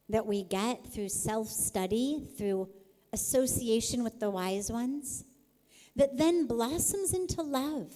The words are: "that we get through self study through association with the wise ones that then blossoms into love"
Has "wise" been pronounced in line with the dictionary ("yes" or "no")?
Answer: yes